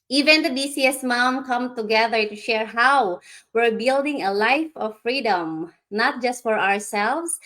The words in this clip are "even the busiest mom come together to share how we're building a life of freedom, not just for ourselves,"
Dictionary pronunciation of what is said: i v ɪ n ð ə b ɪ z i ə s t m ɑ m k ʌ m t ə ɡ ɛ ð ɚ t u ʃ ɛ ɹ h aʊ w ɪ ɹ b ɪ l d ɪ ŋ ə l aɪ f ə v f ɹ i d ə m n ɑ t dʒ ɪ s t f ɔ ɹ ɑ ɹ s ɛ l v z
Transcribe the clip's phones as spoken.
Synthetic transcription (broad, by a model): i v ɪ n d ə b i s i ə s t m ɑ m k ʌ m t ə ɡ ɛ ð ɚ t u ʃ ɛ ɹ h aʊ w ɪ ɹ b ɪ l d ɪ ŋ ə l aɪ f ə v f ɹ i d ə m n ɑ t dʒ ɪ s t f ɔ ɹ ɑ ɹ s ɛ l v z